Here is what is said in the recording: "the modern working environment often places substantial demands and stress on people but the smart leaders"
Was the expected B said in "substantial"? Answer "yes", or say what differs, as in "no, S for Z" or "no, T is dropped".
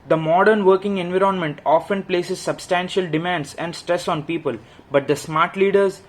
yes